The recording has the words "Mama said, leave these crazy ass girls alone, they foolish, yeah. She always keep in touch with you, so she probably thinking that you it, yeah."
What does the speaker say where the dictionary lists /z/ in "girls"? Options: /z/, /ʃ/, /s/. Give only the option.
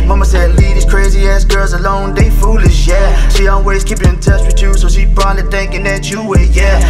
/z/